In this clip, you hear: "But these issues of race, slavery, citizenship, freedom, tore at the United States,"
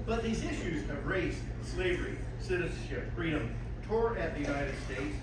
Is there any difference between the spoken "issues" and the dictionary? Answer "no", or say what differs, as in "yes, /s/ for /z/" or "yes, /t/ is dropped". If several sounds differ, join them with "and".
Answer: no